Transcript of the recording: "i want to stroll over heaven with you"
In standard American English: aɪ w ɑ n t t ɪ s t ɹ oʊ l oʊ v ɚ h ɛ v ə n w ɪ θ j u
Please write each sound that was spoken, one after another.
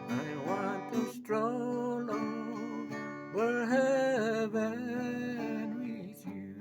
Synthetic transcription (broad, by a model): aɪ w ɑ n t t ɪ s t ɹ oʊ l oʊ w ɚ h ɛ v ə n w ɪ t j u